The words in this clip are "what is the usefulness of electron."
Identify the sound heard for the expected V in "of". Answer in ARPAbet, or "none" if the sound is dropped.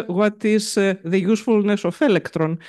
F